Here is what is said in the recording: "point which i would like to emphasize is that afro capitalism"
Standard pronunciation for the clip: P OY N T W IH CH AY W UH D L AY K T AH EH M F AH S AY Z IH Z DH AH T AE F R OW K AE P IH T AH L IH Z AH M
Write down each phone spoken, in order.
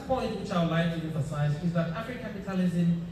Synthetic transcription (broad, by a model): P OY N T W IH CH AY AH L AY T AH EH M F AH S AY Z IH Z DH AH T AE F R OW K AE P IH T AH L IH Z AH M